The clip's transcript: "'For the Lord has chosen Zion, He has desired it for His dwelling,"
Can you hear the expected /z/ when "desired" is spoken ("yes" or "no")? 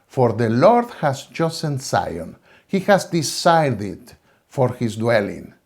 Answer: no